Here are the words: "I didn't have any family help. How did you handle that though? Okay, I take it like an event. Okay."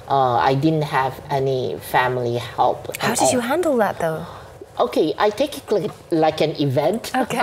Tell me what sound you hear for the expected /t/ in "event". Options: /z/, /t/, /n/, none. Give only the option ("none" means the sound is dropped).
/t/